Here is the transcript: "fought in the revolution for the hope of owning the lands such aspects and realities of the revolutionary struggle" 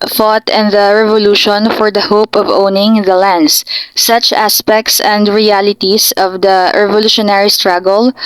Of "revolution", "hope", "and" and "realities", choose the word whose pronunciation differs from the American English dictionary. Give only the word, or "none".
realities